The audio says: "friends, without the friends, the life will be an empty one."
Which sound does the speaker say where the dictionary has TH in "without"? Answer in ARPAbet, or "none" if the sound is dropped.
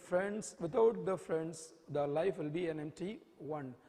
T